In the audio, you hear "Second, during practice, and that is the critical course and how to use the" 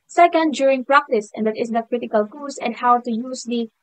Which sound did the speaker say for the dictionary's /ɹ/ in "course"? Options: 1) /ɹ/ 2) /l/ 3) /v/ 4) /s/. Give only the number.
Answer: 2